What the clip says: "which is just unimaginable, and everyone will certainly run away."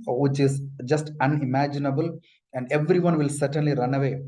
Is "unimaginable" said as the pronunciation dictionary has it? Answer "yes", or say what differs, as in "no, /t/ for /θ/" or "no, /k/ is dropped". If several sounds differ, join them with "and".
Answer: yes